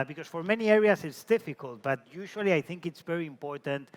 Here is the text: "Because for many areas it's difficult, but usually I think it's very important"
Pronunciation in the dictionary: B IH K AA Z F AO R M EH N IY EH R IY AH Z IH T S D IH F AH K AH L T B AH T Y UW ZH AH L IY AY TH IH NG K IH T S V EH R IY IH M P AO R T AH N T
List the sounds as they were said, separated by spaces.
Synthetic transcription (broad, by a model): B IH K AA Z F AO R M EH N IY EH R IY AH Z IH T S D IH F AH K AH L T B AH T Y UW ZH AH L IY AY TH IH NG K IH T S V EH R IY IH M P AO R T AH N T